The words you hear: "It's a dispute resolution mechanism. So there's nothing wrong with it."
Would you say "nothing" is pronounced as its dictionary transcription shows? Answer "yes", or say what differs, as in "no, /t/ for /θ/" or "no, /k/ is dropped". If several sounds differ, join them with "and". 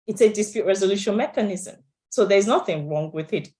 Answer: yes